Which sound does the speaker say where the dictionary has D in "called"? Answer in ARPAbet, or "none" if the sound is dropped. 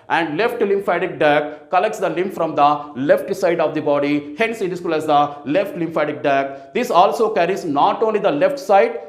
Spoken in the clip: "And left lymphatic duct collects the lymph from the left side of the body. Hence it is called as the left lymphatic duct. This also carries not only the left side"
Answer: none